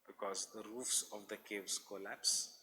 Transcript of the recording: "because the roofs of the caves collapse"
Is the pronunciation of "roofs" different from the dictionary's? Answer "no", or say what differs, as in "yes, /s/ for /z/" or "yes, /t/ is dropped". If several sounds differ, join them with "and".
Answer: no